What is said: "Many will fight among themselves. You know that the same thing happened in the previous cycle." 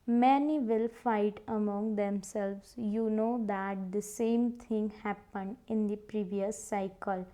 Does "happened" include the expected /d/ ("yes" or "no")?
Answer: yes